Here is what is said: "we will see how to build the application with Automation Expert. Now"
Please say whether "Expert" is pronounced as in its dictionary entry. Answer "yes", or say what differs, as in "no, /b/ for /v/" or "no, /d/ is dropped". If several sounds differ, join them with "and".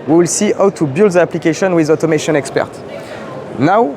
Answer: yes